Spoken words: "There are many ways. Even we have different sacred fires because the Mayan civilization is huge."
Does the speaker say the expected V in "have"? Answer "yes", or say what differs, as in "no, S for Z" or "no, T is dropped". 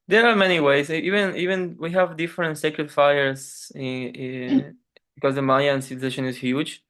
yes